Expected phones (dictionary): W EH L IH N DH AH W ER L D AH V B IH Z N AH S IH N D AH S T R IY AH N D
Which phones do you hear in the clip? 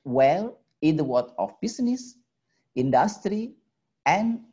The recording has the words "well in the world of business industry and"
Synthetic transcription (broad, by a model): W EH L IH N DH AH W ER D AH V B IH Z N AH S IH N D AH S T R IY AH N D